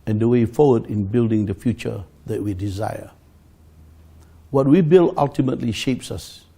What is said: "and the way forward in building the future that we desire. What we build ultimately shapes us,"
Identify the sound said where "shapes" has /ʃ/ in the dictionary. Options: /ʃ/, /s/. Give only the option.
/ʃ/